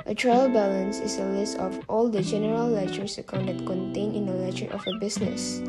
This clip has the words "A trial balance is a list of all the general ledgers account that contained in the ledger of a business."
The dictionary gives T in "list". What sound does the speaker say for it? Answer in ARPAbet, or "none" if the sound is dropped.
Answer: T